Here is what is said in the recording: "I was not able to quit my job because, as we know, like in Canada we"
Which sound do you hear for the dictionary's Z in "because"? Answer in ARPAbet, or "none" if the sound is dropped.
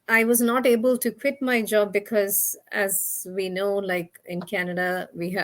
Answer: Z